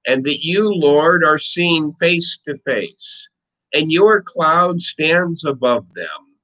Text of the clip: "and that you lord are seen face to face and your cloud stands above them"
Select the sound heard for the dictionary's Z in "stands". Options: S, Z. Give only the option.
Z